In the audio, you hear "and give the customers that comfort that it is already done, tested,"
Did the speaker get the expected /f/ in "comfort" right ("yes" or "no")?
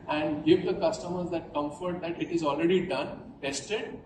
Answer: yes